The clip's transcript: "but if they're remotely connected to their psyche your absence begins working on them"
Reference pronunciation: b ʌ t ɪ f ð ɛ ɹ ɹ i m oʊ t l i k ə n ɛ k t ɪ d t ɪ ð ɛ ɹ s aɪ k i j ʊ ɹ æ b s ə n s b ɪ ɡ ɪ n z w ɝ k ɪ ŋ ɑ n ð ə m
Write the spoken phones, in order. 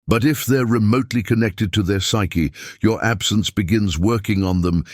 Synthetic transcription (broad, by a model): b ʌ t ɪ f ð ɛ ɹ ɹ i m oʊ t l i k ə n ɛ k t ɪ d t ɪ ð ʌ ɹ s aɪ k i j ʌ ɹ æ b s ə n s b ɪ ɡ ɪ n z w ɝ k ɪ ŋ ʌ n ð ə m